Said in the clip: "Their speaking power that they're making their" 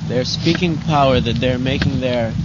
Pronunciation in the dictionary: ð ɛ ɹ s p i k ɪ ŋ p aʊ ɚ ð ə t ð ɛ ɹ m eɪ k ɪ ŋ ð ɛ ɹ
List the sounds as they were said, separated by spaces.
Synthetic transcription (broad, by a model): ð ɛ ɹ s p i k ɪ ŋ p aʊ ɚ ð ə t ð ɛ ɹ m eɪ k ɪ ŋ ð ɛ ɹ